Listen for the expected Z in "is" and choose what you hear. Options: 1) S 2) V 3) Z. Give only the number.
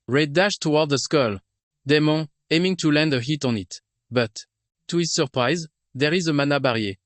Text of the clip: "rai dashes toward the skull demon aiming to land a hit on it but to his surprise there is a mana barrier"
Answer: 3